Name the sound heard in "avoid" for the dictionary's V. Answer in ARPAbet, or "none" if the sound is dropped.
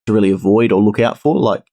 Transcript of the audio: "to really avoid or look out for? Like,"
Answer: V